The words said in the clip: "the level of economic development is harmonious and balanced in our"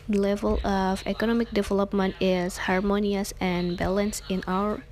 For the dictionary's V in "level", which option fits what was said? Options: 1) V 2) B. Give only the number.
1